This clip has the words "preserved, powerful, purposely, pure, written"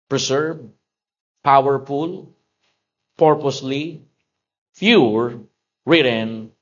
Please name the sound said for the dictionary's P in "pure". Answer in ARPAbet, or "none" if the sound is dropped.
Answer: F